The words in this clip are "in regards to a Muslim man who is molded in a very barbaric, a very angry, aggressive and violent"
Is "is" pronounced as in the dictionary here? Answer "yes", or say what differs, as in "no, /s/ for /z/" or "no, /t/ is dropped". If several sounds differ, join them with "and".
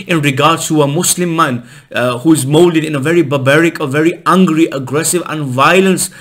yes